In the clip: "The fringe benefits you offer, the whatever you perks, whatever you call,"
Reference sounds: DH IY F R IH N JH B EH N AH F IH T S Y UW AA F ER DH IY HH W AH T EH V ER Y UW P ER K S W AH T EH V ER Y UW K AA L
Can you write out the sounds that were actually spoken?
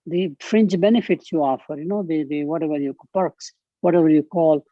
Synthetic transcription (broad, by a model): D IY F R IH N CH B EH N AH F IH T S Y UW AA F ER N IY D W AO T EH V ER Y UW P ER K S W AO T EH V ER Y UW K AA L